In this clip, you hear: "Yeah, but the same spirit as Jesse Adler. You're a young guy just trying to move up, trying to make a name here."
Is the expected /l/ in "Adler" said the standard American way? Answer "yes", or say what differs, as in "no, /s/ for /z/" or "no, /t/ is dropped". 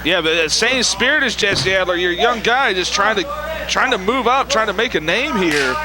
yes